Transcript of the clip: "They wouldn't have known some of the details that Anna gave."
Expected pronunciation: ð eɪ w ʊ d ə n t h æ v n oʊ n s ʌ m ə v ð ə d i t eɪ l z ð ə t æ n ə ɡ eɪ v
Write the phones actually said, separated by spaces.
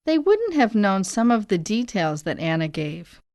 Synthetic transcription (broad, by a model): ð eɪ w ʊ d n t h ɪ v n oʊ n s ʌ m ə v ð ə d i t eɪ l z ð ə t æ n ə ɡ eɪ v